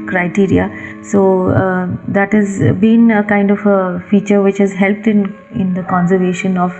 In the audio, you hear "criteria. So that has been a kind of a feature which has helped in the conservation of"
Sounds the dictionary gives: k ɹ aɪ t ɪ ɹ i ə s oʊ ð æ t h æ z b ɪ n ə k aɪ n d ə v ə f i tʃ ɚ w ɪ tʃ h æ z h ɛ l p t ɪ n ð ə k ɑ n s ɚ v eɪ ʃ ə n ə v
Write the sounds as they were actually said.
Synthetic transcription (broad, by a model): k ɹ aɪ t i ɹ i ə s oʊ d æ t h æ z b ɪ n ə k aɪ n d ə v ə f i tʃ ɚ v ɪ tʃ h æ z h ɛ l p t ɪ n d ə k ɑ n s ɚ v eɪ ʃ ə n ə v